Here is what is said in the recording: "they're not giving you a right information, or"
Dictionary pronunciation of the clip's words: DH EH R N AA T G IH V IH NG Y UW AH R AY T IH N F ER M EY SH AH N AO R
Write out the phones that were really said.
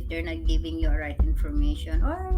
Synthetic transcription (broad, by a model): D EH R N AA T G IH V IH NG Y UW AH R AY T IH N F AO M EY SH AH N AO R